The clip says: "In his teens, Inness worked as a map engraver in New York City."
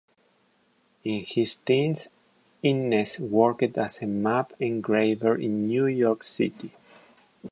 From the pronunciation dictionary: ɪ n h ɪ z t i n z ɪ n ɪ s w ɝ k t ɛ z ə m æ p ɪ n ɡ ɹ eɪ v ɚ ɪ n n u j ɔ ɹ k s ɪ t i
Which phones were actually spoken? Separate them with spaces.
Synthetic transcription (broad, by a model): ɪ n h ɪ s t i n s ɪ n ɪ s w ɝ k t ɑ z ə m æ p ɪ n ɡ ɹ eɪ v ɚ ɪ n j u j ɔ ɹ k s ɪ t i